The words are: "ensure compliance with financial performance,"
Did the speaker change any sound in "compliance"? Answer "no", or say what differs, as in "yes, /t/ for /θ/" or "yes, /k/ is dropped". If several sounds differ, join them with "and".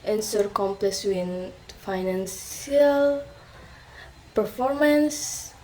yes, /n/ is dropped